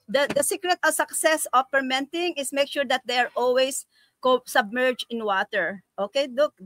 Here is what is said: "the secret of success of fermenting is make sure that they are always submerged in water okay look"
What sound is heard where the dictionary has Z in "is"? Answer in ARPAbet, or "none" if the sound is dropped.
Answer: S